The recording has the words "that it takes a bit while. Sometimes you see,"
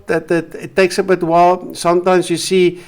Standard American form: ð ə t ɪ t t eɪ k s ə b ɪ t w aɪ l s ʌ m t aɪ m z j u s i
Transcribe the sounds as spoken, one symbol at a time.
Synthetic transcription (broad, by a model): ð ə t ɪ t t eɪ k s ə b ɪ t w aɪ l s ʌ m t aɪ m s j u s i